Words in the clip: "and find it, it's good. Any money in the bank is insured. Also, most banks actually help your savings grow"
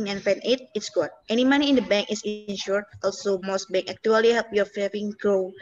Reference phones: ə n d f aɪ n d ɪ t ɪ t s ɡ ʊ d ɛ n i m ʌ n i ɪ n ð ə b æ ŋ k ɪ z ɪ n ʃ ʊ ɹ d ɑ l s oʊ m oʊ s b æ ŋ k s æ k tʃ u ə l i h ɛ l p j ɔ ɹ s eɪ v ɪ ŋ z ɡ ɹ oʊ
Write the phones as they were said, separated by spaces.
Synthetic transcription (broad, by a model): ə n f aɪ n ɪ t ɪ t s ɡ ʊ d ɛ n i m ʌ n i ɪ n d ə b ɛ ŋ k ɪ s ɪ n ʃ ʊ ɹ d ɑ l s oʊ m oʊ s b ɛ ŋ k æ k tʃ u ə l i h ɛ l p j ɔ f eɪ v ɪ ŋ ɡ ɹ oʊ